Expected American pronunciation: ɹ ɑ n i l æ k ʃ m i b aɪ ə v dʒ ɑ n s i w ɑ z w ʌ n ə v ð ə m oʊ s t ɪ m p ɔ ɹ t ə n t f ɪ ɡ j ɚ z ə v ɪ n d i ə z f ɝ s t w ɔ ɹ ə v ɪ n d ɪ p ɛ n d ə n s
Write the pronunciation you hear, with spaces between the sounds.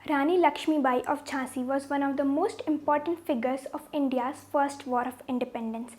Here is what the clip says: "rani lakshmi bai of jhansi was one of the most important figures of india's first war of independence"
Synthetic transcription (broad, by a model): ɹ ɑ n i l æ k ʃ m i b aɪ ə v tʃ ɑ s i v ɑ z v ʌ n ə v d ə m oʊ s t ɪ m p ɔ ɹ t ə n t f ɪ ɡ ɚ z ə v ɪ n d i ə z f ɝ s t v ɔ ɹ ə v ɪ n d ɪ p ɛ n d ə n s